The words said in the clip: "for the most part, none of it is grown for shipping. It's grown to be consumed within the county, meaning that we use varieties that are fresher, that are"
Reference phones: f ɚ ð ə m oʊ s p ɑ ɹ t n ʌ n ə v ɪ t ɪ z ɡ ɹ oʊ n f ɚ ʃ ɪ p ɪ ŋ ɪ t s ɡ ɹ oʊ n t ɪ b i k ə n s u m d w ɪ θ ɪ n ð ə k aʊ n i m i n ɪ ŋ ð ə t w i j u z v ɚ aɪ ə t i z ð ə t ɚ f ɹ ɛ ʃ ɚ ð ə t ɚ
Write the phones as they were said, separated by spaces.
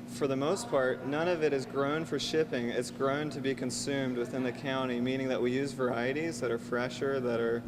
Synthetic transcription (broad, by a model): f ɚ ð ə m oʊ s p ɑ ɹ t n ʌ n ə v ɪ t ɪ z ɡ ɹ oʊ n f ɚ ʃ ɪ p ɪ ŋ ɪ t s ɡ ɹ oʊ n t ɪ b i k ə n s u m d w ɪ θ ɪ n ð ə k aʊ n i m i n ɪ ŋ ð ə t w i j u z v ɚ aɪ ə t i z ð ə t ɚ f ɹ ɛ ʃ ɚ ð ə t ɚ